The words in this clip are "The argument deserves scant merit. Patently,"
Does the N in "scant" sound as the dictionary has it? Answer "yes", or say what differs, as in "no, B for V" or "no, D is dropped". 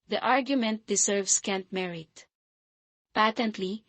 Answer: yes